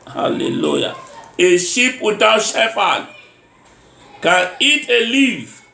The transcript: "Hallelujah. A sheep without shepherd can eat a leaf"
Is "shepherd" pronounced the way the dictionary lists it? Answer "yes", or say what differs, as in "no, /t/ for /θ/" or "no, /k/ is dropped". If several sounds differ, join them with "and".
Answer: no, /f/ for /p/